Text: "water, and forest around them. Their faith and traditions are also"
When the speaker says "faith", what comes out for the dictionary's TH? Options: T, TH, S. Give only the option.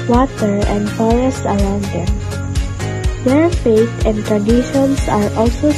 T